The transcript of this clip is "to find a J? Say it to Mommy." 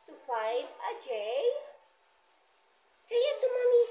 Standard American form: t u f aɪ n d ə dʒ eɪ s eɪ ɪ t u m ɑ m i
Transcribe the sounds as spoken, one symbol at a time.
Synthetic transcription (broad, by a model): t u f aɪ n ə dʒ eɪ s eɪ ɪ t u m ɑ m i